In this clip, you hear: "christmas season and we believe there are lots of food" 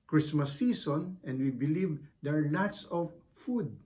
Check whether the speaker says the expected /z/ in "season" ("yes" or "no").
no